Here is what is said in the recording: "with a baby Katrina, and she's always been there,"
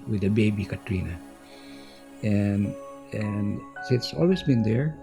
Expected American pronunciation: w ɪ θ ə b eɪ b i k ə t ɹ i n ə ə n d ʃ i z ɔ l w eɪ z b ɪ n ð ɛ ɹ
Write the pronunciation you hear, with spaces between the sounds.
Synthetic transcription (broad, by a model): w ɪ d ə b eɪ b i k ə t ɹ i n ə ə n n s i s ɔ l w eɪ s b ɪ n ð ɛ ɹ